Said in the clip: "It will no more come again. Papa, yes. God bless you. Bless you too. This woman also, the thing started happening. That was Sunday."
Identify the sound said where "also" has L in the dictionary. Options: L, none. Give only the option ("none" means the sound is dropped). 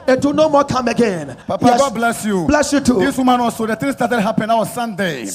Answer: none